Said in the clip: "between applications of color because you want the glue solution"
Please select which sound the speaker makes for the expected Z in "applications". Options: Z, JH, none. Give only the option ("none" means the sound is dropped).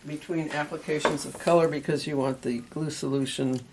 Z